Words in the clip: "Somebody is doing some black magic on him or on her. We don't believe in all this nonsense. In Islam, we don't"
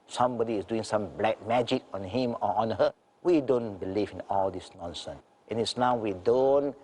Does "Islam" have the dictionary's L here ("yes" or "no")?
no